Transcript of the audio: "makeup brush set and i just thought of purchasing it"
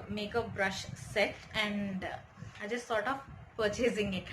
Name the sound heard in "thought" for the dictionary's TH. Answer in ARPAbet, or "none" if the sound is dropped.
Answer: S